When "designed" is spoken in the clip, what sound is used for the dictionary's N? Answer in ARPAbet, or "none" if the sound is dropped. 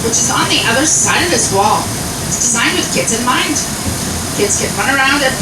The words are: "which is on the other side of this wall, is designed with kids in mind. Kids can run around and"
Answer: N